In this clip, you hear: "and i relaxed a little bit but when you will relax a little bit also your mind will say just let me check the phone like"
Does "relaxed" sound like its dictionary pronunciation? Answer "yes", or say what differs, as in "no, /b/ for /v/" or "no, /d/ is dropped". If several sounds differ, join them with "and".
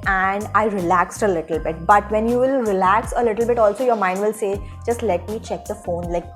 yes